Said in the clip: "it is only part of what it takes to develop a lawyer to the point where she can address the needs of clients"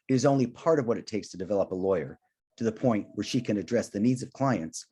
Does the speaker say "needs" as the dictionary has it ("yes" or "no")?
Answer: yes